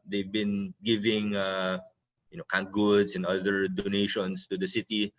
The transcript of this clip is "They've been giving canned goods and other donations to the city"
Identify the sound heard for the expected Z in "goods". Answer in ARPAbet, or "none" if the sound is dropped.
S